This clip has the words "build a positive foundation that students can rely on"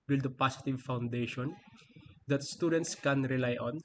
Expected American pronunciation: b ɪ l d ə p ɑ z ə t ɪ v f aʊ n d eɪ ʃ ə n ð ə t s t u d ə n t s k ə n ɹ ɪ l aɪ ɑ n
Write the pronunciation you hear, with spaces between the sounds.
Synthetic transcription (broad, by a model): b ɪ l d ə p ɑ s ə t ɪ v f aʊ n d eɪ ʃ ə n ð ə t s t u d ə n t s k ə n ɹ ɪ l aɪ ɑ n